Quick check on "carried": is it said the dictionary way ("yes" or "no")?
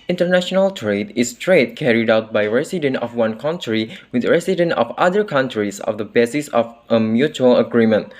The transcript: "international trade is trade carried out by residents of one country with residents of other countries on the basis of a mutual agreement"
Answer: yes